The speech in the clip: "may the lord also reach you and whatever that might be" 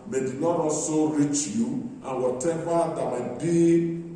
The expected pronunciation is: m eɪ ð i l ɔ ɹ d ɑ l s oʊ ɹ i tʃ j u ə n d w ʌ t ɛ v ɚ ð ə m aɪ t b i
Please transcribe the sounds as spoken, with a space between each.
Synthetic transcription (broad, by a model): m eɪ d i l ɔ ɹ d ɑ s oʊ ɹ i tʃ j u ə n w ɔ t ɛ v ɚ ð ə m aɪ t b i